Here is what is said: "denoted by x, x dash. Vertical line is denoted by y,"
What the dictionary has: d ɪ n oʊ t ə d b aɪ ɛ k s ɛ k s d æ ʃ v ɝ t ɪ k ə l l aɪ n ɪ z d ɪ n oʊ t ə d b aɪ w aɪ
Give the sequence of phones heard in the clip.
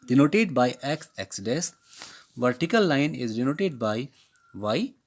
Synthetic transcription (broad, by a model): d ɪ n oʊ t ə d b aɪ ɛ k s ɛ k s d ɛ s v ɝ t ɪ k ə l l aɪ n ɪ z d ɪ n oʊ t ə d b aɪ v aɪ